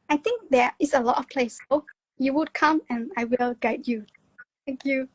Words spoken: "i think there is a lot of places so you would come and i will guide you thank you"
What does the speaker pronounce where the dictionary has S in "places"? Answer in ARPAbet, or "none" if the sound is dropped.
none